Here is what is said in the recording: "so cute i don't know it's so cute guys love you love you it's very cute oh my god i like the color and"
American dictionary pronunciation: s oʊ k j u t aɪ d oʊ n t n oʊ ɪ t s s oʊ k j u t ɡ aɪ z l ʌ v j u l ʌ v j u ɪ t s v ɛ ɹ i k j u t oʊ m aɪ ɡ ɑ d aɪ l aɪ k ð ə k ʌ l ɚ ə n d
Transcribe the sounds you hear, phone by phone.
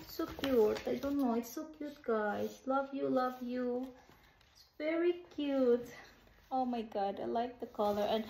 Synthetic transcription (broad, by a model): s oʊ k j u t aɪ d oʊ n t n oʊ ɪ t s s oʊ k j u t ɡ aɪ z l ʌ v j u l ʌ v j u ɪ t s v ɛ ɹ i k j u t oʊ m aɪ ɡ ɑ d aɪ l aɪ k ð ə k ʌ l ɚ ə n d